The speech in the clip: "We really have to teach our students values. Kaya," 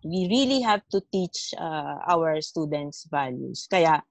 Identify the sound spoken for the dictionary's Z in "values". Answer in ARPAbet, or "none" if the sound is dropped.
S